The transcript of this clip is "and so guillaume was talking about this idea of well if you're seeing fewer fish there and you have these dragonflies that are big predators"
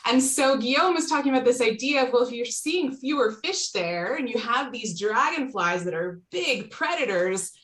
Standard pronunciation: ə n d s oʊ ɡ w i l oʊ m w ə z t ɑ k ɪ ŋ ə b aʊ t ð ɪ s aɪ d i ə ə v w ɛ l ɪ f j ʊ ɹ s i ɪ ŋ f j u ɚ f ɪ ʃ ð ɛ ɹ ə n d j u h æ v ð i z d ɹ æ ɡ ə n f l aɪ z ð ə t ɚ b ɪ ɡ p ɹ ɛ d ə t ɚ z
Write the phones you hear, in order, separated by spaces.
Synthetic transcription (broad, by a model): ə n s oʊ ɡ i oʊ m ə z t ɑ k ɪ ŋ ə b aʊ t ð ɪ s aɪ d i ə ə v w ɛ l ɪ f j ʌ ɹ s i ɪ ŋ f j u ɚ f ɪ ʃ ð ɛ ɹ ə n j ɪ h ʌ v ð i z d ɹ æ ɡ ə n f l aɪ z ð ə t ɚ b ɪ ɡ p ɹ ɛ d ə t ɚ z